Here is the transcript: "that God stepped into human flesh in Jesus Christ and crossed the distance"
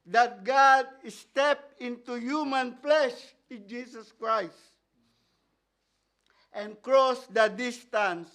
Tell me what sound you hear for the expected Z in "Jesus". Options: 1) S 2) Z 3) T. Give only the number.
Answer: 1